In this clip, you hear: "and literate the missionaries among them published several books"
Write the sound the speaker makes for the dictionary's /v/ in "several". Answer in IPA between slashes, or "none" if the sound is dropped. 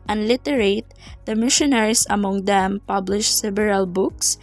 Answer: /b/